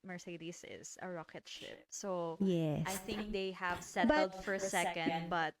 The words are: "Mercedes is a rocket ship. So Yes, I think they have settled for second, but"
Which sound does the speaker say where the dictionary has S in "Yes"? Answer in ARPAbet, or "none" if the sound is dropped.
none